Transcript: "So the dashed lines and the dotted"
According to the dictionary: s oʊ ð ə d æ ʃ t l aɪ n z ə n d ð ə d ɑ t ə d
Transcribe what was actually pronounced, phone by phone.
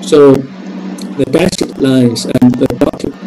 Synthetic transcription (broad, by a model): s oʊ ð ə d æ s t l aɪ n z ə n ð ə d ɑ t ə